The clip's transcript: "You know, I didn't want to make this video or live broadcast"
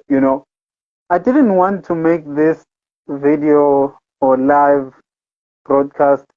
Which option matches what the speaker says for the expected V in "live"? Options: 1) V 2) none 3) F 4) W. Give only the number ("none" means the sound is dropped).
1